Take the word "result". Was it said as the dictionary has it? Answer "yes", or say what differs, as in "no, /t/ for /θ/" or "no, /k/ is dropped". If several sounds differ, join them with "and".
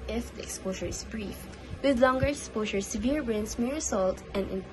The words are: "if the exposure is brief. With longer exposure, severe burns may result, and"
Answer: no, /s/ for /z/